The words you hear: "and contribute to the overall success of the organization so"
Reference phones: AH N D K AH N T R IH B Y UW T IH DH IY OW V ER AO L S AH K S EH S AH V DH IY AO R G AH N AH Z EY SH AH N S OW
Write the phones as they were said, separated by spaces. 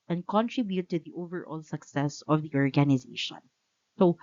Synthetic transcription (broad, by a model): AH N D K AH N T R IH B Y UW T IH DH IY OW V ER AO L S AH K S EH S AH V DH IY AO R G AH N AH Z EY SH AH N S OW